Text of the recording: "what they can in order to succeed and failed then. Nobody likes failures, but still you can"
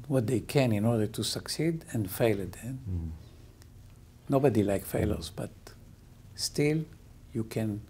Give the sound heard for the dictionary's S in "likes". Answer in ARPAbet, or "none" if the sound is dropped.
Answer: none